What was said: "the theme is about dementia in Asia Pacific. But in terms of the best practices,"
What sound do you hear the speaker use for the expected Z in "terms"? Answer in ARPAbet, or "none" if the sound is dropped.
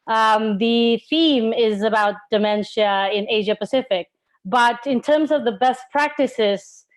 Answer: Z